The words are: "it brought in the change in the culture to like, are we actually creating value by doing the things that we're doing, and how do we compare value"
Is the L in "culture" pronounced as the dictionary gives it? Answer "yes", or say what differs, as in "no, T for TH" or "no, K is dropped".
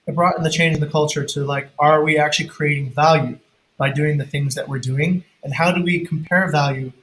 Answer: yes